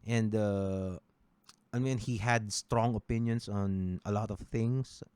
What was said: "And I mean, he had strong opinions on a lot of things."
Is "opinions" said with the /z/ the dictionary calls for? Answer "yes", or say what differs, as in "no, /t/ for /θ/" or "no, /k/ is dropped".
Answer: no, /s/ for /z/